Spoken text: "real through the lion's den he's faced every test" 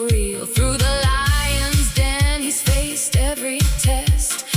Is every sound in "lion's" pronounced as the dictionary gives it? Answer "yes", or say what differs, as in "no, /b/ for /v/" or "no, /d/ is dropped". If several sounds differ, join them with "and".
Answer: yes